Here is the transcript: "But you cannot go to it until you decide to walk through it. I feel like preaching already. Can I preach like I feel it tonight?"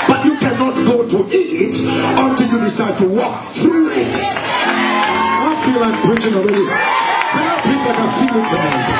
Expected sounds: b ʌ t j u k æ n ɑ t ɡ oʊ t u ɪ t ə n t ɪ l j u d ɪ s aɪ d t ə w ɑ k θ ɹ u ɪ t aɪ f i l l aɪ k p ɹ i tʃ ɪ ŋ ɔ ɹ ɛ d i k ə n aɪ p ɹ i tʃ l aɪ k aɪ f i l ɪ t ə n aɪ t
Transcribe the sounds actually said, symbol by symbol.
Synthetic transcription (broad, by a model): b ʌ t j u k æ n ɑ t ɡ oʊ t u ɪ t ə n t ɪ l j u d ɪ s aɪ d t ə w ɑ k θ ɹ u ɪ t aɪ f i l l aɪ k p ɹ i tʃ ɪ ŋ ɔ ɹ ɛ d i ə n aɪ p i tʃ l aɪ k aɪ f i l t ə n